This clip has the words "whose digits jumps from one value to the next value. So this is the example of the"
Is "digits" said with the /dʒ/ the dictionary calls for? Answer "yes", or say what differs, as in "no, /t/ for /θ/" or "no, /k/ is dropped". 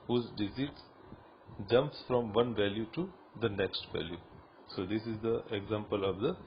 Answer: no, /z/ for /dʒ/